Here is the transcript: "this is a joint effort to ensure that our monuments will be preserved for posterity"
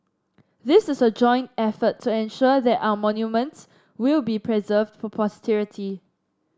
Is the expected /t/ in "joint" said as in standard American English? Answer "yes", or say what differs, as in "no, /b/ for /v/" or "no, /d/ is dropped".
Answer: yes